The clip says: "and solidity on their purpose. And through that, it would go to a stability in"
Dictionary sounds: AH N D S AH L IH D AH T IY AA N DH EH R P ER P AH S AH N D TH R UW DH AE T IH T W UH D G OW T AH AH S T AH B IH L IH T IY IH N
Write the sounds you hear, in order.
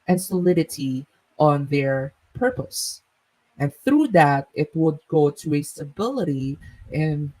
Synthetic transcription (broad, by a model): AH N S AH L IH D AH T IY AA N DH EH R P ER P AH S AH N TH R UW DH AE T IH T W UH D G OW T AH AH S T AH B IH L IH T IY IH N